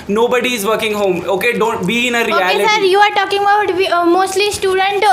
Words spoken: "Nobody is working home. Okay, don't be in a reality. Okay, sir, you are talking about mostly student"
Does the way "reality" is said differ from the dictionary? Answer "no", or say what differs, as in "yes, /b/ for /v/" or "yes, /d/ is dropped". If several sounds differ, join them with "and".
yes, /l/ is dropped